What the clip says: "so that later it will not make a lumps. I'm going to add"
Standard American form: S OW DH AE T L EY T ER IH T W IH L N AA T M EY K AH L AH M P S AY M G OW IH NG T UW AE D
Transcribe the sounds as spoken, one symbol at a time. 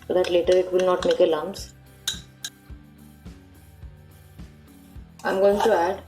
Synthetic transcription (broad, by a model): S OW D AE T L EY T ER IH T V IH L N AA T M EY K AH L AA M S AY M G OW IH NG T UW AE D